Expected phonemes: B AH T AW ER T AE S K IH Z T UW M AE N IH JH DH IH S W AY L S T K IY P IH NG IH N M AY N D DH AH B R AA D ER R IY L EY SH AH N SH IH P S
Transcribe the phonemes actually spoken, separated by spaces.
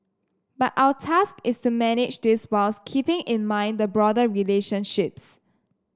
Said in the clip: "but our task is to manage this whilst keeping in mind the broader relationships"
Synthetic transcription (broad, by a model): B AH T AW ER T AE S K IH S T UW M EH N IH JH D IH S W AY L S K IY P IH NG IH N M AY N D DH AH B R AA D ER R IY L EY SH AH N SH IH P S